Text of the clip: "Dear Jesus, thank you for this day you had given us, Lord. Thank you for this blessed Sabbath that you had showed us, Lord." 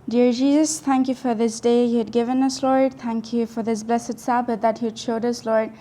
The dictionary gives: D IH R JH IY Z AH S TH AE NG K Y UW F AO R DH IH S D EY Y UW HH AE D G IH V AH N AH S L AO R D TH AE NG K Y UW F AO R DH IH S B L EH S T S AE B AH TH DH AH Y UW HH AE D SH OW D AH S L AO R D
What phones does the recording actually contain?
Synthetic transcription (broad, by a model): D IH R JH IY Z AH S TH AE NG K Y UW F AO R DH IH S D EY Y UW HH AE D G IH V AH N AH S L AO R D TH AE NG K Y UW F AO R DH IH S B L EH S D S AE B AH T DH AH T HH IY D SH OW D AH S L AO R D